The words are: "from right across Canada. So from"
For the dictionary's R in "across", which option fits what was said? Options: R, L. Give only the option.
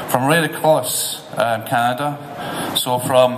L